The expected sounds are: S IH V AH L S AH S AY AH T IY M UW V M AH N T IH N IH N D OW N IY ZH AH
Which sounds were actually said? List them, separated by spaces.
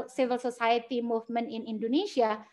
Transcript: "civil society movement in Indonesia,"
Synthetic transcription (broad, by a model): S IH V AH L S AH S AY AH T IY M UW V M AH N IH N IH N D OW N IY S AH